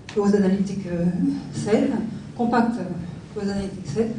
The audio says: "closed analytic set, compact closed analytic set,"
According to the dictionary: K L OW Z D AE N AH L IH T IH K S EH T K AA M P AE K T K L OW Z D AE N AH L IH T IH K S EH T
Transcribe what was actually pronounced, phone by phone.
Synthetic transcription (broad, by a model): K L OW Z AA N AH L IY T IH K S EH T K AA P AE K T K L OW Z AA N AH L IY T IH K S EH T